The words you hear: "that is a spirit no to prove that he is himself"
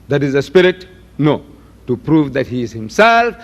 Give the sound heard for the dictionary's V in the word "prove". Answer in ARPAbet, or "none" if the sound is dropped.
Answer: V